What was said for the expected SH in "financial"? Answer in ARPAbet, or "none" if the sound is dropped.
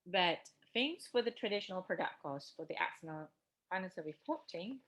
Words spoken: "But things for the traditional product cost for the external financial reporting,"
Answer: S